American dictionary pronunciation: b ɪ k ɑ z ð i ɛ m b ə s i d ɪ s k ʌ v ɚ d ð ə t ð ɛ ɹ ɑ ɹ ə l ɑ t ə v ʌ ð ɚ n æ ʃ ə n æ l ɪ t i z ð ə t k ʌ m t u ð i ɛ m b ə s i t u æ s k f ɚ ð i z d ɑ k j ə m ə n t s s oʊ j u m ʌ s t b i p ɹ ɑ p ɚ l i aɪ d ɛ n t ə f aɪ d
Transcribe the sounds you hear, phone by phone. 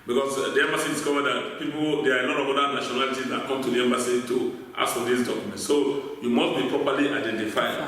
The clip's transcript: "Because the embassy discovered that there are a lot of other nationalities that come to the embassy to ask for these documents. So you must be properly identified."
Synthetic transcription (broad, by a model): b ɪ k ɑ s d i ɛ m b ə s i d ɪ s k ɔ v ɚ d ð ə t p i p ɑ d ə n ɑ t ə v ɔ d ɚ n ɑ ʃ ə n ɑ l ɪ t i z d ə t k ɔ m t u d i ɛ m b ə s i t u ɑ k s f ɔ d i s d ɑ k j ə m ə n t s s oʊ j u m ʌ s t b i p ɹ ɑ p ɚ l i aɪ d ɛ n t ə f aɪ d